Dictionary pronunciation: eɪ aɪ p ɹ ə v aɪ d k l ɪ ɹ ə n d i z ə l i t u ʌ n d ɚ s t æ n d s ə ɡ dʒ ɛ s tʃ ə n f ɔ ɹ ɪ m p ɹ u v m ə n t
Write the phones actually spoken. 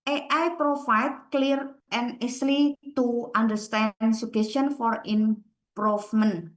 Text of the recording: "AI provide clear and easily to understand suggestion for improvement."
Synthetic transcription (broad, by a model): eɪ aɪ p ɹ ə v aɪ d k l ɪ ɹ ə n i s l i t u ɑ n d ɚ s t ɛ n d s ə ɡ ɛ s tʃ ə n f ɔ ɹ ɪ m p ɹ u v m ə n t